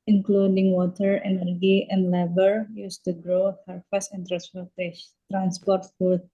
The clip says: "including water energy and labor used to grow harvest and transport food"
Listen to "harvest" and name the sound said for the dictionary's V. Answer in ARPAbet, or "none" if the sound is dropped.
F